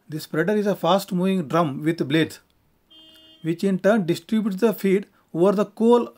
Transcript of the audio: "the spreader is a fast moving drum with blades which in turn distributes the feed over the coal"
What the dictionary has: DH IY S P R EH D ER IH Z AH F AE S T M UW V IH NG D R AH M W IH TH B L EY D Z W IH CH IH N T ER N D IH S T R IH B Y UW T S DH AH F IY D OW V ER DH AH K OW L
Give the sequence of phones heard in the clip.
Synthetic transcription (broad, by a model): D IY S P R EH D ER IH Z AH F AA S T M UW V IH NG D R AH M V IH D B L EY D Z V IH CH IH N T ER N D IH S T R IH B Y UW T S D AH F IY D OW V ER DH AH K OW L